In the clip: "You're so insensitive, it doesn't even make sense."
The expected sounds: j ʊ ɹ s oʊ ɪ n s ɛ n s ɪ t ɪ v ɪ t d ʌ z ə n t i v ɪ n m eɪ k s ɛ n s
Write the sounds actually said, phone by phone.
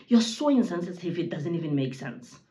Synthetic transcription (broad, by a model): j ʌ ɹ s oʊ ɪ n s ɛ n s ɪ s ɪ f ɪ t d ʌ z ə n t i v ɪ n m eɪ k s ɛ n s